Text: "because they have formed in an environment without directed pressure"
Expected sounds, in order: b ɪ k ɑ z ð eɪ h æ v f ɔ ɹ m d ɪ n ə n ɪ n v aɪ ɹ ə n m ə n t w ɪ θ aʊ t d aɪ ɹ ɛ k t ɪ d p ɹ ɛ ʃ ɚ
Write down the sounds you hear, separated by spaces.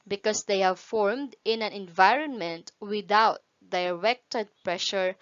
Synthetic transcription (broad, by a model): b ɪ k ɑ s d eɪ h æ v f ɔ ɹ m d ɪ n ə n ɪ n v aɪ ɹ ə n m ə n t w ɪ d aʊ t d aɪ ɹ ɛ k t ɪ d p ɹ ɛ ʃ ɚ